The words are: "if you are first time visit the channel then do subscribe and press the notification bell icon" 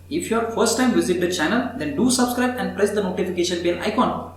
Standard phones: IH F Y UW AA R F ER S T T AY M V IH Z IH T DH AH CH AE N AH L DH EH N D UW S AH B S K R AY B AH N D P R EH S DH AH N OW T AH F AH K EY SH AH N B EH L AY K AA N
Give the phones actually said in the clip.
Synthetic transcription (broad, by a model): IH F Y UW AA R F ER S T T AY M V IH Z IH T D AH CH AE N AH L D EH N D UW S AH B S K R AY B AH N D P R EH S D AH N OW T AH F AH K EY SH AH N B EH N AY K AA N